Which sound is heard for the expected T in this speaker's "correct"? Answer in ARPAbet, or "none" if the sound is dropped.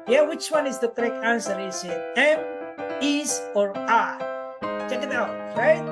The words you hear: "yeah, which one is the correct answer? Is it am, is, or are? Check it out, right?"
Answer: none